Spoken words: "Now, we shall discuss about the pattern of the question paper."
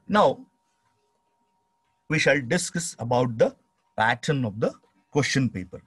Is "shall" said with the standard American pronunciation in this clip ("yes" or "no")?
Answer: yes